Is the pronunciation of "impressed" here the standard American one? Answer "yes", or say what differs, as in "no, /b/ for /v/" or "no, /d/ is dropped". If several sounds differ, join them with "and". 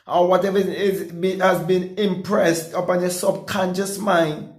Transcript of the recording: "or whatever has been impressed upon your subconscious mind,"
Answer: yes